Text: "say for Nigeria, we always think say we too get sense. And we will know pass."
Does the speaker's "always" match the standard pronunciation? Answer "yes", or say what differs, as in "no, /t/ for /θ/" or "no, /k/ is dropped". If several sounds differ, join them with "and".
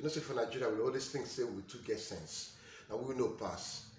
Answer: no, /s/ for /z/